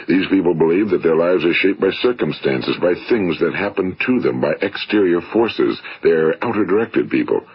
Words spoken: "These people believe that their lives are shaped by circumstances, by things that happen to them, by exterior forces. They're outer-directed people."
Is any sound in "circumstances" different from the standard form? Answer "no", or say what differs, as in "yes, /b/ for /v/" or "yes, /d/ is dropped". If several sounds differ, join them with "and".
no